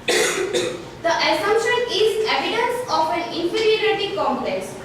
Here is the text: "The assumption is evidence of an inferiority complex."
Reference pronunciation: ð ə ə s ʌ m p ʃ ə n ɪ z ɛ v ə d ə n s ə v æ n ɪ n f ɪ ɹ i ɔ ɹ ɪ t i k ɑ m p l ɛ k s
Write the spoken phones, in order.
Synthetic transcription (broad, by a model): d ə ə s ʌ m ʃ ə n ɪ z ɛ v ə d ə n s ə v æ n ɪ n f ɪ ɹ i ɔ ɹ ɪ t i k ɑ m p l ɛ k s